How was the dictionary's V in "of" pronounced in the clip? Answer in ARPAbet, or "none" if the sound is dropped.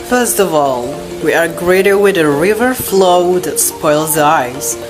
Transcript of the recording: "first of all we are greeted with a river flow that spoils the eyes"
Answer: V